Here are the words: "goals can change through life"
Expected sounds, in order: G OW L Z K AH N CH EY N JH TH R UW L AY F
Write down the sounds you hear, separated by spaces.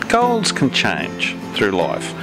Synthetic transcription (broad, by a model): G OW L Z K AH N CH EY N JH TH R UW L AY F